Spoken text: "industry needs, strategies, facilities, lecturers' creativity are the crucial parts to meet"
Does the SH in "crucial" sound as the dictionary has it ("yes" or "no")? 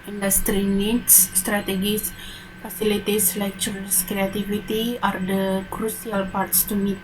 no